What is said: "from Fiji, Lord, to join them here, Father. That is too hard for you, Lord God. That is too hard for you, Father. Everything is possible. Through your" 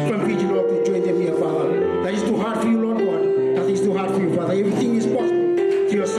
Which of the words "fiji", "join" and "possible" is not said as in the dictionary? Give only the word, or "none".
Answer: fiji